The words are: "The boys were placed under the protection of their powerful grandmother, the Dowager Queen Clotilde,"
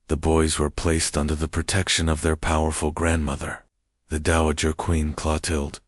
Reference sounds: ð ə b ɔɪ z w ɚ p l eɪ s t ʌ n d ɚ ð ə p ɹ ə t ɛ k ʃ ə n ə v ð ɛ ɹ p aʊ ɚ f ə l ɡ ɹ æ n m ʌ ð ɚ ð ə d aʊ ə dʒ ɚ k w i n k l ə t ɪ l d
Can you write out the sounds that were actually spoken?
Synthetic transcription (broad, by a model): ð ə b ɔɪ z w ɚ p l eɪ s t ʌ n d ɚ ð ə p ɹ ə t ɛ k ʃ ə n ə v ð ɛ ɹ p aʊ ɚ f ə l ɡ ɹ æ n m ʌ ð ɚ ð ə d aʊ ə dʒ ɚ k w i n k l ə t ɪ l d